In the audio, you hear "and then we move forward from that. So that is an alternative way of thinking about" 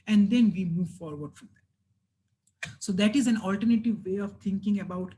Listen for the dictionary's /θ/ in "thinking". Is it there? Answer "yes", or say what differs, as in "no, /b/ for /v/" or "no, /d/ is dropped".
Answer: no, /t/ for /θ/